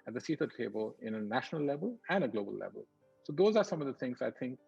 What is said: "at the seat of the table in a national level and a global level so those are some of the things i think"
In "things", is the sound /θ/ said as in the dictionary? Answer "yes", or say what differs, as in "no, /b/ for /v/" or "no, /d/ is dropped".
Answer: no, /t/ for /θ/